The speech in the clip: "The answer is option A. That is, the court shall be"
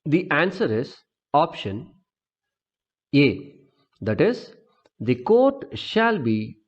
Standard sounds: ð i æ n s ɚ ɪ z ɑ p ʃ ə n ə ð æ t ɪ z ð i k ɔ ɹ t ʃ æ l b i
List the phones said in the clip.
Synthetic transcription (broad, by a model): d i æ n s ɚ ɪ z ɑ p ʃ ə n ə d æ t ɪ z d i k ɔ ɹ t ʃ æ l b i